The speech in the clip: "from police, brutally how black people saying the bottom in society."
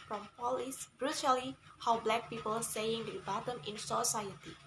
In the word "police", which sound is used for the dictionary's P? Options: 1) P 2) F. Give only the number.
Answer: 1